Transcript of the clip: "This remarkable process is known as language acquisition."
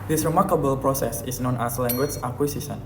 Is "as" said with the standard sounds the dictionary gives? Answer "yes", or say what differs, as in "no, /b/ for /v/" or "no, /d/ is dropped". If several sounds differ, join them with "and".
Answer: no, /s/ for /z/